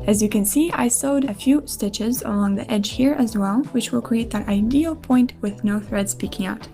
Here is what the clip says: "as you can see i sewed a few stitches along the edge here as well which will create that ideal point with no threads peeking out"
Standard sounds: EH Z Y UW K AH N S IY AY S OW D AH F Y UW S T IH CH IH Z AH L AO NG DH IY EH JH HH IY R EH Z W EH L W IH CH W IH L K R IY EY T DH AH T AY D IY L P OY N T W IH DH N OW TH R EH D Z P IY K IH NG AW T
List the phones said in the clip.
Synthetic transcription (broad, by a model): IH Z Y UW K AH N S IY AY S OW D AH F Y UW S T IH CH IH Z AH L AO NG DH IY EH JH HH IY R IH Z W EH L W IH CH W IH L K R IY EY T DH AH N AY D IY L P OY N T W IH DH N OW TH R EH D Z P IY K IH NG AW T